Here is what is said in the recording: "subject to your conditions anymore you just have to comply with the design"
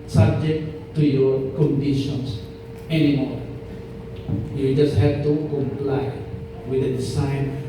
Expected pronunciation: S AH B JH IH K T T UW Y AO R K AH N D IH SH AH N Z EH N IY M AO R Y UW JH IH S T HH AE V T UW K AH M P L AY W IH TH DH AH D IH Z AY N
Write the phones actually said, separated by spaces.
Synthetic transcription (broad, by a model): S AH B JH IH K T T UW Y AO R K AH N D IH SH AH N S EH N IY M AO R Y UW JH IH S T HH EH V T UW K AH M P L AY W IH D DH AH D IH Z AY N